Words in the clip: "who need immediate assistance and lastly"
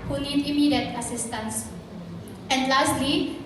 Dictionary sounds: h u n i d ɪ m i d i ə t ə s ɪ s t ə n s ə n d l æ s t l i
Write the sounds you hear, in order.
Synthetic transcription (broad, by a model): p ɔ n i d ɪ m i d i ə t ə s ɪ s t ə n s ə n d l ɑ s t l i